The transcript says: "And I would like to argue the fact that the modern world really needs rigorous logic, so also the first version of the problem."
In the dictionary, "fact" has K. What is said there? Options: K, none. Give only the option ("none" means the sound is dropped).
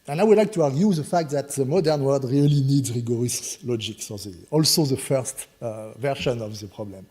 K